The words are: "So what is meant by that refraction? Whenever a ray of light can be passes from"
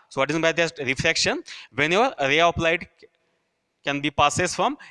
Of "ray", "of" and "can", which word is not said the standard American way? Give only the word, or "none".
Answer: of